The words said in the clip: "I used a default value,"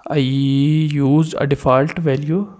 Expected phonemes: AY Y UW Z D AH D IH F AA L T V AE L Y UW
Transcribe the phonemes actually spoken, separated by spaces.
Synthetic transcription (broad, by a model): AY Y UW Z AH D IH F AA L T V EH L Y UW